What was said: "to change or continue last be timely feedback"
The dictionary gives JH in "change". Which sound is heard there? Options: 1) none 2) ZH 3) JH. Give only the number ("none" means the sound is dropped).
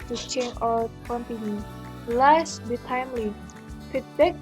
1